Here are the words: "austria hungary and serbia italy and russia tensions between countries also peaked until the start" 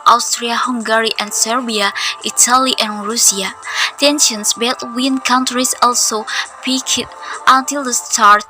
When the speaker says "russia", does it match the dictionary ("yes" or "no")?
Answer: no